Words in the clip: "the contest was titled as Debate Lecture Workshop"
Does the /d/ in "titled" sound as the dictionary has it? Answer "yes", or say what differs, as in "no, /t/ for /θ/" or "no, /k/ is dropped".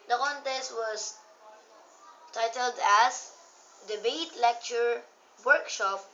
yes